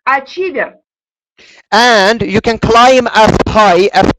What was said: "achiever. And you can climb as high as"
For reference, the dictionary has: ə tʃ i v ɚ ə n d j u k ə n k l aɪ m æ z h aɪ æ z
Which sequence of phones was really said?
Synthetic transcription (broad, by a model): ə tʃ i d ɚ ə n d j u k ə n k l aɪ m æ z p aɪ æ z